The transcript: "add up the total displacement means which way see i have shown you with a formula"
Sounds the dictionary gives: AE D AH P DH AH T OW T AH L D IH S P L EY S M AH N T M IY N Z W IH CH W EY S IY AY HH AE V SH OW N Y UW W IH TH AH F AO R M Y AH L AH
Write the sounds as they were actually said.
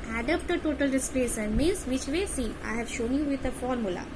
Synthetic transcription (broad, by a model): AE D AH P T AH T OW T AH L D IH S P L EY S AH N M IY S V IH CH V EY S IY AY HH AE V SH OW N Y UW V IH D AH F AO R M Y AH L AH